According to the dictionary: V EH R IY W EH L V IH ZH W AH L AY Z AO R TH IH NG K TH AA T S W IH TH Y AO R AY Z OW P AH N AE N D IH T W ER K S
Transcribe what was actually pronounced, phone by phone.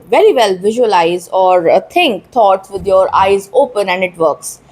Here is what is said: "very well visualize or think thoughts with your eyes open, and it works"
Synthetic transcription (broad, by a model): V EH R IY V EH L V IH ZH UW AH L AY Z AO R T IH NG K T AA T S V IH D Y AO R AY Z OW P AH N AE N D IH T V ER K S